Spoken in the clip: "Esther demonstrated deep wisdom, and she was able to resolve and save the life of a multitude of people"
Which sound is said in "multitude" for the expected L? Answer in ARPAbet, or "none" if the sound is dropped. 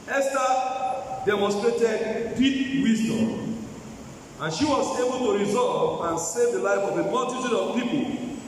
N